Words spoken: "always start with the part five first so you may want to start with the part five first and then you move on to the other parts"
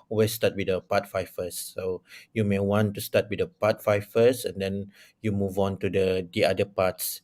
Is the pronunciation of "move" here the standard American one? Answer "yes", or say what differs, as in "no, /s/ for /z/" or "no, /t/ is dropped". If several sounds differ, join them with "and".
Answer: yes